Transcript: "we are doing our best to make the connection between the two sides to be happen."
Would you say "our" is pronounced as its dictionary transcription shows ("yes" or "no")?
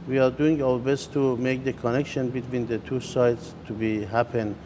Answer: no